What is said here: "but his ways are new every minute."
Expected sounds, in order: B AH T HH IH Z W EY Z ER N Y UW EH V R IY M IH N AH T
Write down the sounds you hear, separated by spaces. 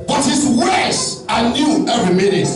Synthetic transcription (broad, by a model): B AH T HH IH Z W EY S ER N Y UW EH V R IY M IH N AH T